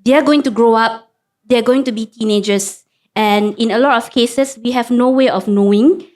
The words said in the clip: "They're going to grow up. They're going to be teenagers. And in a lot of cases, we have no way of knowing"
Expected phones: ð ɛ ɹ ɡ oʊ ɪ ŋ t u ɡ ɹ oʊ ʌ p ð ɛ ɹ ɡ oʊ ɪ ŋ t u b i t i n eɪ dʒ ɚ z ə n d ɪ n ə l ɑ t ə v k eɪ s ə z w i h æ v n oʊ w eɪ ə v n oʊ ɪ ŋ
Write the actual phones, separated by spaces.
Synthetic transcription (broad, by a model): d ɛ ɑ ɡ oʊ ɪ ŋ t u ɡ ɹ oʊ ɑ p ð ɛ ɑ ɡ oʊ ɪ ŋ t u b i t i n eɪ dʒ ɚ s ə n ɪ n ə l ɑ t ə f k eɪ s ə s w i h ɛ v n oʊ w eɪ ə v n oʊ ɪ ŋ